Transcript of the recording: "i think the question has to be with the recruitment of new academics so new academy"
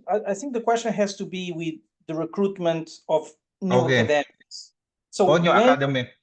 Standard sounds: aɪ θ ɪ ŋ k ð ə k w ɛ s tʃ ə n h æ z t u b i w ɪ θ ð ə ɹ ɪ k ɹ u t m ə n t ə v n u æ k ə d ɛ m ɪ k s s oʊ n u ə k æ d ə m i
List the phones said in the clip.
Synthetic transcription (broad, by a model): aɪ θ ɪ ŋ k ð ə k w ɛ s tʃ ə n h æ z t u b i w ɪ ð ə ɹ ɪ k ɹ u t m ə n t ə v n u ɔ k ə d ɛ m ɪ s s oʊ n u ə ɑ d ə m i